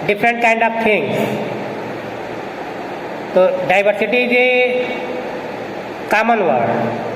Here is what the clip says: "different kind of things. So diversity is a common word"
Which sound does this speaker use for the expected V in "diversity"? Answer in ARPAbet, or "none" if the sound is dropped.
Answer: B